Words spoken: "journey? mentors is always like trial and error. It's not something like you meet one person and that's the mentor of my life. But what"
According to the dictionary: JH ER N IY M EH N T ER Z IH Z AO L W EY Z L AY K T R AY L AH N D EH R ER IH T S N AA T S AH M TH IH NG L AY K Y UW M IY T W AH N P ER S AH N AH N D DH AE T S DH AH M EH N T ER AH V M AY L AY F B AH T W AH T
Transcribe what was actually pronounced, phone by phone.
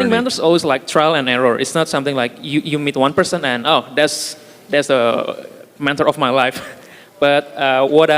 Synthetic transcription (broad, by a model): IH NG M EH T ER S AO L W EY S L AY K T R AY L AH N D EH R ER IH T S N AA T S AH M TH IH NG L AY K Y UW M IY T W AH N P ER S AH N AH N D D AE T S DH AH M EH T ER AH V M AY L AY F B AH T W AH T